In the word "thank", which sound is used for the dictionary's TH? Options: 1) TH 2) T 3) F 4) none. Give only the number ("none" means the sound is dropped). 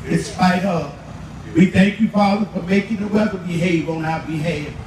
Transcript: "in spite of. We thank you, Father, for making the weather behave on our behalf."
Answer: 1